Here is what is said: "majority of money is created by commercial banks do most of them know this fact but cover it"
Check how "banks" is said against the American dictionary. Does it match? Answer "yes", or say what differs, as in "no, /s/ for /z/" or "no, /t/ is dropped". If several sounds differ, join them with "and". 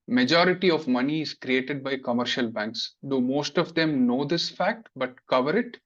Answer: yes